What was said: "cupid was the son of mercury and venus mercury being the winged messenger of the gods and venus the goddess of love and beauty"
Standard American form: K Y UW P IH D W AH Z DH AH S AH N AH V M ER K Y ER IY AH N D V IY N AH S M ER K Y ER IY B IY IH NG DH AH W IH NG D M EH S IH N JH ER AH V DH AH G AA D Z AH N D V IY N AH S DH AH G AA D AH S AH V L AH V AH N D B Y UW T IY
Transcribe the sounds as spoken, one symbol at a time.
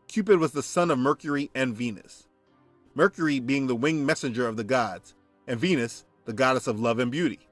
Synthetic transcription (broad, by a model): K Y UW P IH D W AH Z DH AH S AH N AH V M ER K Y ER IY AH N V IY N AH S M ER K Y ER IY B IY IH NG DH AH W IH NG M EH S IH N JH ER AH V DH AH G AA D Z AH N V IY N AH S DH AH G AA D AH S AH V L AH V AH N B Y UW T IY